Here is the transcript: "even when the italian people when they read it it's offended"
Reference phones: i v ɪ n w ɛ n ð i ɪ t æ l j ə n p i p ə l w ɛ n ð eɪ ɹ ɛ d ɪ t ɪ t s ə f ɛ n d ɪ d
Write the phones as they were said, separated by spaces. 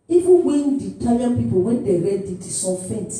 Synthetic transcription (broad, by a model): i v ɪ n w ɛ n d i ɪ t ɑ j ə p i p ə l w ɛ n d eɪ ɹ ɛ d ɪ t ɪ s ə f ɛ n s